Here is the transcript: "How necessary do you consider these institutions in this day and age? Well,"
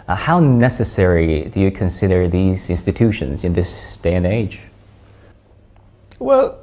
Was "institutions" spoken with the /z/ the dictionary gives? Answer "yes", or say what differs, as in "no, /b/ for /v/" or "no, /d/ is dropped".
yes